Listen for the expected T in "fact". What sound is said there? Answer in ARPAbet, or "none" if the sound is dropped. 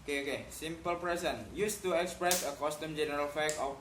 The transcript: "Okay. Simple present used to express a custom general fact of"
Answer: none